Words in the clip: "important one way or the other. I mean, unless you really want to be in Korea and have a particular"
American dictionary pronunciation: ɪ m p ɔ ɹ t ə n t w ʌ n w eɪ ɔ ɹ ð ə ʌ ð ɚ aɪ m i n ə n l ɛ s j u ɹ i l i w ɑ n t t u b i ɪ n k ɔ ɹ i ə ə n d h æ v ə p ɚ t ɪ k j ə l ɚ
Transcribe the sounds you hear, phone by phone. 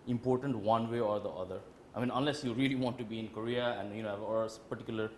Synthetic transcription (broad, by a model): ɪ m p ɔ ɹ t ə n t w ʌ n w eɪ ɔ ɹ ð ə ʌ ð ɚ aɪ m i n ə n l ɛ s j u ɹ i l i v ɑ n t t u b i ɪ n k ɔ ɹ i ə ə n d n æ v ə p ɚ t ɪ k j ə l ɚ